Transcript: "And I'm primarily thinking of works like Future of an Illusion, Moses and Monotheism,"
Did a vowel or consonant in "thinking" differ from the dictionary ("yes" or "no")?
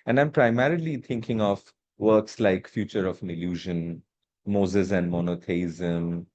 yes